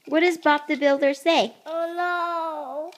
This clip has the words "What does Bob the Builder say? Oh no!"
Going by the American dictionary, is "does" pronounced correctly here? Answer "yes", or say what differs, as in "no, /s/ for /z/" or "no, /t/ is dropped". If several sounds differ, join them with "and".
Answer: yes